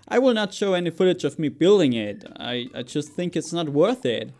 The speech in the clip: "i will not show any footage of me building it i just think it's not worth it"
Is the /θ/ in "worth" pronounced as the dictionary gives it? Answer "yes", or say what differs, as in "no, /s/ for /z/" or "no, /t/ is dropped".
yes